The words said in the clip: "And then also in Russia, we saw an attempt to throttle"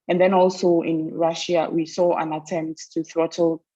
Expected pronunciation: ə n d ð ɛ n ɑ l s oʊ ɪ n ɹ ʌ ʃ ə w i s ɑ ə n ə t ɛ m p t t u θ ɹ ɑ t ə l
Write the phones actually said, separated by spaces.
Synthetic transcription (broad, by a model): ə n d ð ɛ n ɑ l s oʊ ɪ n ɹ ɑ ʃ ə w i s ɑ ə n ə t ɛ m p t t u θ ɹ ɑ t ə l